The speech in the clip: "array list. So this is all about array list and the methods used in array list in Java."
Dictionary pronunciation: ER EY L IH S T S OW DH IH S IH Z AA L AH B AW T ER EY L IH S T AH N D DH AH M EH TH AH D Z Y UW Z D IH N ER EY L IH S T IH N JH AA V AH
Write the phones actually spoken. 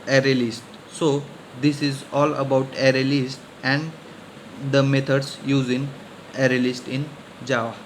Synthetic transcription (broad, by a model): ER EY L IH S T S OW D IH S IH Z AA L AH B AW T ER EY L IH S T AH N D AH M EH T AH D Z Y UW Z IH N ER EY L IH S T IH N JH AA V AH